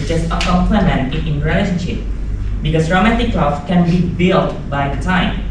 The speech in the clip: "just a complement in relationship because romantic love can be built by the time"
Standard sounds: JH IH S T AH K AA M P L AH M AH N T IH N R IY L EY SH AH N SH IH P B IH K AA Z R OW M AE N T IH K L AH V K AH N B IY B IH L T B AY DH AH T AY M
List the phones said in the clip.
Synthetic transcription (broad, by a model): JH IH S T AH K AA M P L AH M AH N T IH N R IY L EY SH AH N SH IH P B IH K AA S R OW M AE N T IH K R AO F K AH N B IY B IH L T B AY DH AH T AY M